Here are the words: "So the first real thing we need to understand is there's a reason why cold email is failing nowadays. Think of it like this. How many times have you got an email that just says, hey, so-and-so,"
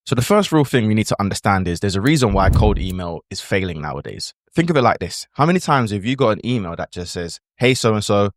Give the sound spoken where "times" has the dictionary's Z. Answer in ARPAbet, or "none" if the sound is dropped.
Z